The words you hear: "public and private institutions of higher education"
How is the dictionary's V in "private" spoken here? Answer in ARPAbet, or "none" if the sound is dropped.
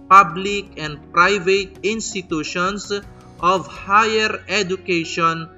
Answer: V